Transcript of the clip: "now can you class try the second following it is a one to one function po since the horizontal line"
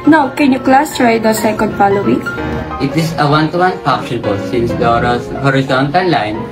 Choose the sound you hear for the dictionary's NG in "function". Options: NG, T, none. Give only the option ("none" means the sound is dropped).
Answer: none